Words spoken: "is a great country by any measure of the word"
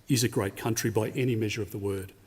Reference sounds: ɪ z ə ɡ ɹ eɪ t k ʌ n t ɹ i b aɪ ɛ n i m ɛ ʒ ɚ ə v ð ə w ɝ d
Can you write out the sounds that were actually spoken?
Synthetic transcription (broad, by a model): ɪ z ə ɡ ɹ eɪ t k ʌ n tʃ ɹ i b aɪ ɛ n i m ɛ ʒ ɚ ə v ð ə w ɝ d